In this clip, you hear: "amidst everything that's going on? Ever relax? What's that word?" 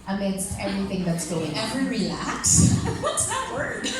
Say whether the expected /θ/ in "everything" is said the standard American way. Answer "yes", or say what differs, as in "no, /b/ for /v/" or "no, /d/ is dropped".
yes